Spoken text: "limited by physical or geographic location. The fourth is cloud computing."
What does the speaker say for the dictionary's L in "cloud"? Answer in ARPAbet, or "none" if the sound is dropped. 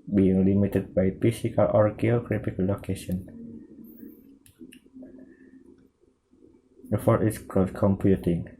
none